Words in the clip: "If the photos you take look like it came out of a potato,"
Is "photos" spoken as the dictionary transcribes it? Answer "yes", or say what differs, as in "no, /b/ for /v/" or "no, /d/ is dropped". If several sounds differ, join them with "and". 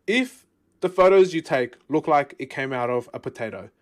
yes